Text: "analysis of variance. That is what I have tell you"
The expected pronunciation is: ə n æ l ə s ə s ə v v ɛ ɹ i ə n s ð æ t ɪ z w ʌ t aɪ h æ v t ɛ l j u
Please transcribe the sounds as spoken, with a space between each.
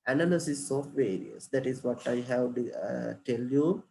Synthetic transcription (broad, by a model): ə n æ l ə s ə s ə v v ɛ ɹ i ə s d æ t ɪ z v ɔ t aɪ h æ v t ɛ l j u